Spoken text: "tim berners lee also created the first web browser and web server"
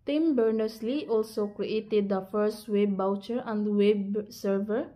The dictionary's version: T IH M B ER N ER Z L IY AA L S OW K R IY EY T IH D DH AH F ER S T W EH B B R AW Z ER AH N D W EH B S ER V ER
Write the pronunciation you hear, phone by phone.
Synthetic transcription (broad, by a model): T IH M B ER N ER S L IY AA L S OW K R IY EY T IH D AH F ER S T W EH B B AW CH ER AH N D W EH B S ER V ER